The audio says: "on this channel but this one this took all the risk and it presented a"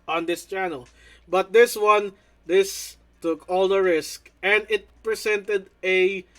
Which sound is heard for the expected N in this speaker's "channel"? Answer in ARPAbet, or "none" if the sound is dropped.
N